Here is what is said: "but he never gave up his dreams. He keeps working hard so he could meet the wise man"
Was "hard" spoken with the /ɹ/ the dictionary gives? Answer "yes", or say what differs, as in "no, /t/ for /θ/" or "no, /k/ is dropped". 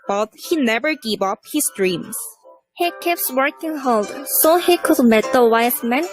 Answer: no, /l/ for /ɹ/